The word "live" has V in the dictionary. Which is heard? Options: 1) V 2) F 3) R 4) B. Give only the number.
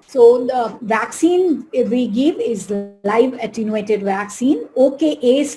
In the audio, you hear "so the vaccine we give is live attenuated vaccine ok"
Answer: 1